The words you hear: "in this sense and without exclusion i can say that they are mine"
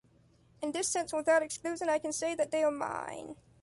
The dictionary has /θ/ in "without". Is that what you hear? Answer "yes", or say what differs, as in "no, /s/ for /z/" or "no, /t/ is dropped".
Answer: yes